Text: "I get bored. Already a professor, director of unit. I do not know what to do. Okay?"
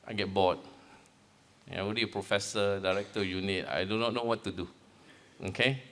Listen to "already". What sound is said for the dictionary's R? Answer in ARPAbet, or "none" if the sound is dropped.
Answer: W